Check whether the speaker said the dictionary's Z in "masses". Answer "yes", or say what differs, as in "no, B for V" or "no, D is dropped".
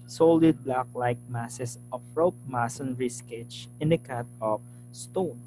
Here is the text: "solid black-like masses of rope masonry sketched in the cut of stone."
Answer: no, S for Z